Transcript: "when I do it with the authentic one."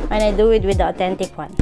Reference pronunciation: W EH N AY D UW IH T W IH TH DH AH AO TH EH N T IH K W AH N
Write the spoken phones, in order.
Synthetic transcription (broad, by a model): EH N AY D UW IH T W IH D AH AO T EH N T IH K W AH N